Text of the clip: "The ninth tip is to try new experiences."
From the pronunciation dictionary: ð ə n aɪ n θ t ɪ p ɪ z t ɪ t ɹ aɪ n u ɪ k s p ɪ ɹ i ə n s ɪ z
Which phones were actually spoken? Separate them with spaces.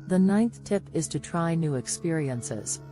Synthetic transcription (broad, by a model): ð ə n aɪ n θ t ɪ p ɪ z t ɪ t ɹ aɪ n u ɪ k s p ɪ ɹ i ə n s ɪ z